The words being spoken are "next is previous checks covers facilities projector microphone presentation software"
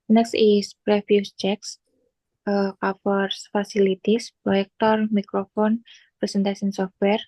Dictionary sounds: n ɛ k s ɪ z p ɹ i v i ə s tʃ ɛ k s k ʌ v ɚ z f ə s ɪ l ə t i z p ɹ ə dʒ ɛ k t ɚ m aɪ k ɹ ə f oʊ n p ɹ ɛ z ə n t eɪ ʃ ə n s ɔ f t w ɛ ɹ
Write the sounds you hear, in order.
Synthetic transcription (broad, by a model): n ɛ k s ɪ s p ɹ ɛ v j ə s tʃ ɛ k s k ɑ f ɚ s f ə s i l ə t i s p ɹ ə ɛ k t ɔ m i k ɹ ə f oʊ n p ɹ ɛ s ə n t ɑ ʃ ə n s ɔ f t w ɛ ɹ